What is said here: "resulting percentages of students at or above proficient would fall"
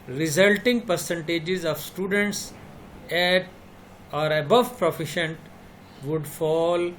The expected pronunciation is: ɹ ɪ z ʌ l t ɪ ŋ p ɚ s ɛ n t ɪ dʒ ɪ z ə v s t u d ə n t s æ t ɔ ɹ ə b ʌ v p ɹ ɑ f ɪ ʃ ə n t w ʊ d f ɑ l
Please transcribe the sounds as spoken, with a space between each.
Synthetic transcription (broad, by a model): ɹ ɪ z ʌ l t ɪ ŋ p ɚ s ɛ n t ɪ dʒ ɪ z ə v s t u d ə n t s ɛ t ɔ ɹ ə b ʌ v p ɹ ɑ f ɪ ʃ ə n t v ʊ d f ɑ l